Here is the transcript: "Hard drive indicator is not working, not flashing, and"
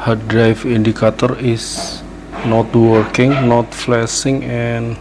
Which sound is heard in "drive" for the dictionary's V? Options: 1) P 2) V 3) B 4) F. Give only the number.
4